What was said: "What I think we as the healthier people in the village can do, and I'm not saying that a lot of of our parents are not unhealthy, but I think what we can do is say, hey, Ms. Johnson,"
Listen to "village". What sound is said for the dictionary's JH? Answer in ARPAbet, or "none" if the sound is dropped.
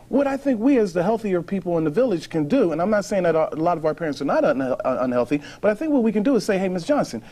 ZH